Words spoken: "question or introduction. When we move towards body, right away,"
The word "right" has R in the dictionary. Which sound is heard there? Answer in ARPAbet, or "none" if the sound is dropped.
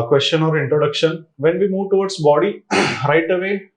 R